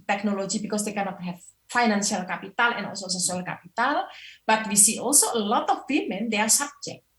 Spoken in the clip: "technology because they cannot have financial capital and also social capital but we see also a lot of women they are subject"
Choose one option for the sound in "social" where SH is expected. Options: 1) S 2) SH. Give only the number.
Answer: 1